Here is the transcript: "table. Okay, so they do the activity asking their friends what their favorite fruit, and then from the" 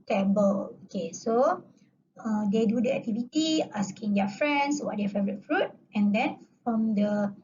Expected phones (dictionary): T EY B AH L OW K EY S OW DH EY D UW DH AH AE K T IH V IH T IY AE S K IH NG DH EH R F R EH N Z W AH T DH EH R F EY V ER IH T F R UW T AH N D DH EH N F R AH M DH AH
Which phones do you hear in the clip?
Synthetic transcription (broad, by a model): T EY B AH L OW K EY S OW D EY D UW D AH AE K T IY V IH T IY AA S K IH NG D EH F R EH N S W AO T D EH F EY V ER IH T F R UW T AH N D EH N F R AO M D AH